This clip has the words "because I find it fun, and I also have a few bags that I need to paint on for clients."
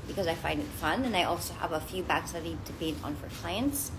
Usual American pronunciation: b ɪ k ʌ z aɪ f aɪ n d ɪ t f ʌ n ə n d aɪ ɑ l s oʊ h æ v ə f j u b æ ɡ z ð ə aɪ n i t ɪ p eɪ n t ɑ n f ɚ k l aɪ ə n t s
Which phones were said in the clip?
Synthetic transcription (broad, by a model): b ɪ k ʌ z aɪ f aɪ n d ɪ t f ʌ n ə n aɪ ɑ l s oʊ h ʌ v ə f j u b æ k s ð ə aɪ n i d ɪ b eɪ t n f ɚ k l aɪ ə n t s